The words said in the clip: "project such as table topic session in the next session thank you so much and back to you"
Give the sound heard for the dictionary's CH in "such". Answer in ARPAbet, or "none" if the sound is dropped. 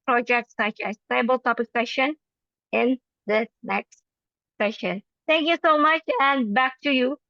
CH